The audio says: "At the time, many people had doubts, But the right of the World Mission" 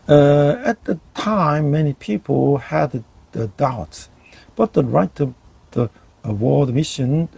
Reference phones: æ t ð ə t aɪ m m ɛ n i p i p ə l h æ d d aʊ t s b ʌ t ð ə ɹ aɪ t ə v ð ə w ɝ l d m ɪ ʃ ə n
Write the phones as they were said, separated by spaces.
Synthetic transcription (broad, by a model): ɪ t ð ə t aɪ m m ɛ n i p i p ə l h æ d d aʊ t s b ʌ t ð ə ɹ aɪ t ə v ð ə w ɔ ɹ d m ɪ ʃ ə n